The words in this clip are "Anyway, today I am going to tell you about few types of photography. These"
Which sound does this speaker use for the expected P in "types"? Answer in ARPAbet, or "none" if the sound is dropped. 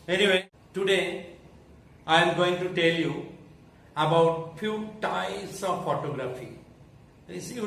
none